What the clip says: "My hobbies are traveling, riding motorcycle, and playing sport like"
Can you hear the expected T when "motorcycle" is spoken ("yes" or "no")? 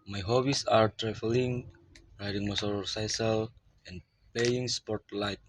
no